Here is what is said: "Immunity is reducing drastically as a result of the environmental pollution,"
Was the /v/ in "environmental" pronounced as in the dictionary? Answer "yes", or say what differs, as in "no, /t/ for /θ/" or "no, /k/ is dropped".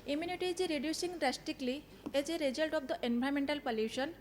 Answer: no, /b/ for /v/